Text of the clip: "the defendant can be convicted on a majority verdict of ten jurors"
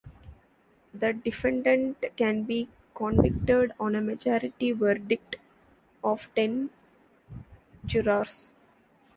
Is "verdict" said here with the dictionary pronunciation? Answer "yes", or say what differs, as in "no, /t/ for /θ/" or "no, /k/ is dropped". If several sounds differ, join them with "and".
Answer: yes